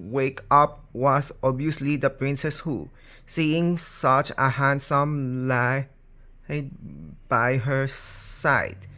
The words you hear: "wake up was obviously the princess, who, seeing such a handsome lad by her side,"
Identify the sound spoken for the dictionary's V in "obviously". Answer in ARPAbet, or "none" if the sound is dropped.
none